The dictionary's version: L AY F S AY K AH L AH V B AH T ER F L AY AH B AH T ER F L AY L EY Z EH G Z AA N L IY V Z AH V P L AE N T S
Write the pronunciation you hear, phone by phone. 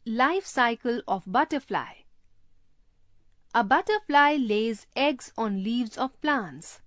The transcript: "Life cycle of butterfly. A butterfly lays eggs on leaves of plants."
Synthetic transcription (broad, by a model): L AY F S AY K AH L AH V B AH T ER F L AY AH B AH T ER F L AY L EY Z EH G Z AA N L IY V Z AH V P L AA N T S